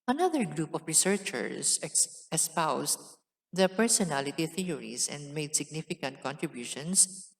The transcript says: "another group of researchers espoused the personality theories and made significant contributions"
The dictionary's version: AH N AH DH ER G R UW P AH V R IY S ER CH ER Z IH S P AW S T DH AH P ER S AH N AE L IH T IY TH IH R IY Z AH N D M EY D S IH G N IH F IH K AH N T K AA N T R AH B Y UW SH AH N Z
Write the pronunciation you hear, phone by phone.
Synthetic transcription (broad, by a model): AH N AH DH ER G R UW P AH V R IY S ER CH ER S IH S P AW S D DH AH P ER S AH N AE L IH T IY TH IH R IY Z AH N D M EY D S IH G N IH F IH K AH N T K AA N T R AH B Y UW SH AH N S